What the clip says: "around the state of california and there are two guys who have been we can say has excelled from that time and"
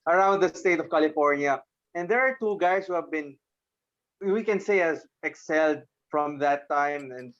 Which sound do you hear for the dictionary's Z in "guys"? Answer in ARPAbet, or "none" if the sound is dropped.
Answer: S